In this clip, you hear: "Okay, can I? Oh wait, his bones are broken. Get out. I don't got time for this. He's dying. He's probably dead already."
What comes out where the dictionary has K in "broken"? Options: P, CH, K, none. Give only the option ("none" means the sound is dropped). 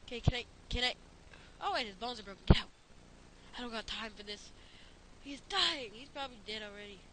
none